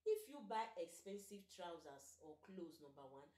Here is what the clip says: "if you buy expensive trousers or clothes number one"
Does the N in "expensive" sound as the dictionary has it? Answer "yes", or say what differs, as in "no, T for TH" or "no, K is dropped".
yes